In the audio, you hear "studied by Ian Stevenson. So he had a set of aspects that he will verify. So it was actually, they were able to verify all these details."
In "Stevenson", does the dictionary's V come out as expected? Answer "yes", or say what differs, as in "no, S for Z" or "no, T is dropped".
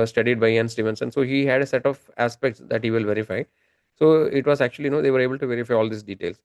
yes